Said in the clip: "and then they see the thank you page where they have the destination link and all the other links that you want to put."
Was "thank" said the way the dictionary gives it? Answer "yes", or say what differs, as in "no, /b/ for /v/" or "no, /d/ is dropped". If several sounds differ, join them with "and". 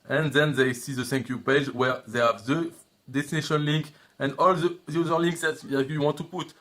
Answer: no, /s/ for /θ/